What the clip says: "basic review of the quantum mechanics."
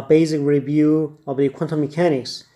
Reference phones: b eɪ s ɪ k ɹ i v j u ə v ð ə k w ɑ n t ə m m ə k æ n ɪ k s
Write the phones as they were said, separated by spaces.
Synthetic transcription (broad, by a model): b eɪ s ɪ k ɹ i v j u ə v ð ə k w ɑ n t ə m m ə k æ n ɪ k s